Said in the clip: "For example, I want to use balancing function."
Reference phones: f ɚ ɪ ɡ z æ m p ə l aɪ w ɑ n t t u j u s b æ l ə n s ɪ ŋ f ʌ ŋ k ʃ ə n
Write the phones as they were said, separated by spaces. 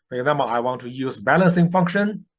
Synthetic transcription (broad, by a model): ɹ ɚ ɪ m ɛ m b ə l aɪ w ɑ n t t u j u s b æ l ə n s ɪ ŋ f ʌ ŋ k ʃ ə n